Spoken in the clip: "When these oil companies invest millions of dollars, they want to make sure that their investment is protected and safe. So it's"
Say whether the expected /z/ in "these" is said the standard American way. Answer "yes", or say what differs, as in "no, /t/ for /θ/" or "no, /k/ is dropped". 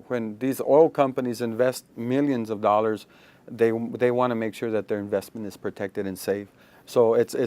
yes